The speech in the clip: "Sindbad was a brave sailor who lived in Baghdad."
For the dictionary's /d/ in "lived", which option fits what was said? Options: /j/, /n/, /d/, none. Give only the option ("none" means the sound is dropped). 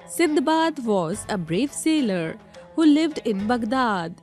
/d/